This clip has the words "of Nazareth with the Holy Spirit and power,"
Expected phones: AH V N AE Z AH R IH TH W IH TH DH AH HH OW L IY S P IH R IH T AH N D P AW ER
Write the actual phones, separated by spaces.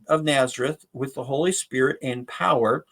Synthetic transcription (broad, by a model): AH V N AE Z AH R IH TH W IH DH AH HH OW L IY S P IH R IH T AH N P AW ER